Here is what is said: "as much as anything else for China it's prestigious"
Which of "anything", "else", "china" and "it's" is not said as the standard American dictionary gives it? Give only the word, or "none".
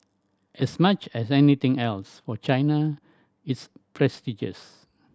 anything